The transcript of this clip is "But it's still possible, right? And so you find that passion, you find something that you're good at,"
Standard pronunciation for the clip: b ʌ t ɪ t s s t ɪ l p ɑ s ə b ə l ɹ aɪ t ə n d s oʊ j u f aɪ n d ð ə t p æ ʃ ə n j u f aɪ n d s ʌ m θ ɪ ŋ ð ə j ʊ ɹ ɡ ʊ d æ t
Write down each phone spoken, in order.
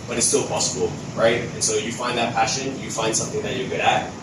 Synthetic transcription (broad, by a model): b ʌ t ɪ t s s t ɪ l p ɑ s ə b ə l ɹ aɪ t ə n s oʊ j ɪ f aɪ n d ð ə t p æ ʃ ə n j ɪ f aɪ n d s ʌ m θ ɪ ŋ ð ə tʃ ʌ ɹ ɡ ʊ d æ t